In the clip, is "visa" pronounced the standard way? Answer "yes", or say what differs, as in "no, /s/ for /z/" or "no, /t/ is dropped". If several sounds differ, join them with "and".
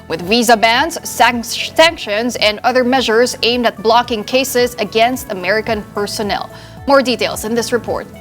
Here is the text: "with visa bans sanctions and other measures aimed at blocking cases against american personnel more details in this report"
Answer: yes